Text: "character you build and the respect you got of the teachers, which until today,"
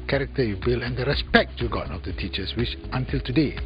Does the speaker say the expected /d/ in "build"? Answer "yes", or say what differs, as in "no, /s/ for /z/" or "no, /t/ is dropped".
no, /d/ is dropped